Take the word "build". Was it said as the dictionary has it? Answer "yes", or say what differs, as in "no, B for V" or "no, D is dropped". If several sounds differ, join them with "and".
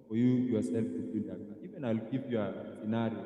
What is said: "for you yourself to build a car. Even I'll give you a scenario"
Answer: no, L is dropped